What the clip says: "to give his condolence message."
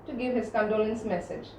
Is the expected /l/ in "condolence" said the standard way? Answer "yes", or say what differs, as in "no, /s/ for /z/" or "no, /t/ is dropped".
yes